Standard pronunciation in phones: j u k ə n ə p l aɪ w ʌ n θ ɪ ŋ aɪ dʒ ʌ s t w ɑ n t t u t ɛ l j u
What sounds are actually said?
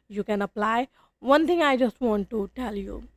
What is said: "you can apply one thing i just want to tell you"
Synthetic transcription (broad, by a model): j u k ə n ə p l aɪ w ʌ n t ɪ ŋ aɪ dʒ ʌ s t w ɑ n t t u t ɛ l j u